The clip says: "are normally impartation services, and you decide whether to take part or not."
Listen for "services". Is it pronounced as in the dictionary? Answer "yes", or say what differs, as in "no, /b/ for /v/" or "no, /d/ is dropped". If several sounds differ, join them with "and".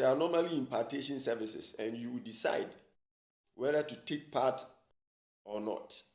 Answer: no, /s/ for /z/